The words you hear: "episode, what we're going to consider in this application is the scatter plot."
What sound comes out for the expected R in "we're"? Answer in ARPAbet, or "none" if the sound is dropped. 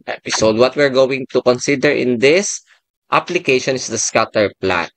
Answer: R